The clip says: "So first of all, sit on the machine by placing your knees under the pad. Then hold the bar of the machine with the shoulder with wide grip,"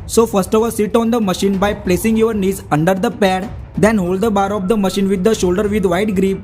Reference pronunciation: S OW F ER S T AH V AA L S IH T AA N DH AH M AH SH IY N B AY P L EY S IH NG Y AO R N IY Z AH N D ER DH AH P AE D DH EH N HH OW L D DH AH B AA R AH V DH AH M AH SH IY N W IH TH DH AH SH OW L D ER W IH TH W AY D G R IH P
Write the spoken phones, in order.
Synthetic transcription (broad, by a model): S OW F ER S T AH V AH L S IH T AA N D AH M AH SH IY N B AY P L EY S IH NG Y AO R N IY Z AH N D ER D AH P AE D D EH N HH OW L D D AH B AA R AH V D AH M AH SH IY N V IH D AH SH OW L D ER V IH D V AY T G R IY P